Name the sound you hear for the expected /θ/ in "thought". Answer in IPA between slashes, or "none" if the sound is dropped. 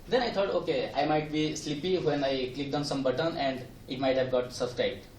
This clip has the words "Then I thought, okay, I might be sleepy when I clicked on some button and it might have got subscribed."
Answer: /t/